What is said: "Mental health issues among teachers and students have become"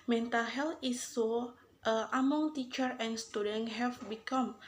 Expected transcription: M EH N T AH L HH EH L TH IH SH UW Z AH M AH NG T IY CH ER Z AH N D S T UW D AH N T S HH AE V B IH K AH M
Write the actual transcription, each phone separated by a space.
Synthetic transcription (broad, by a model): M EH N T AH L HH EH L T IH S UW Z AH M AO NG T IY CH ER AH N S T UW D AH N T HH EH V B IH K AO M